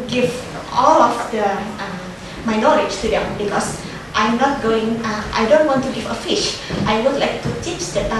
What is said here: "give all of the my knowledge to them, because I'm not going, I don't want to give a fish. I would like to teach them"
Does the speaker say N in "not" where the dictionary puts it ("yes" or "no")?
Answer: yes